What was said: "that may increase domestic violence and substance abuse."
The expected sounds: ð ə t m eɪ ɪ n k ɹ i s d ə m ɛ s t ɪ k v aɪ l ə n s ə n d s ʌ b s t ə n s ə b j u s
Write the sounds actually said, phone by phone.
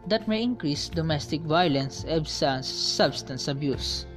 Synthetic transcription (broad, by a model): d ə t m eɪ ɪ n k ɹ i s d ə m ɛ s t ɪ k v aɪ l ə n s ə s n s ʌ b s t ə n s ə b j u s